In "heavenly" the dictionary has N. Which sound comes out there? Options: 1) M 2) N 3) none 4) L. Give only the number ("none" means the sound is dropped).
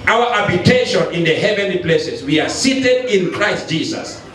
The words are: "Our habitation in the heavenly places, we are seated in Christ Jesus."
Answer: 2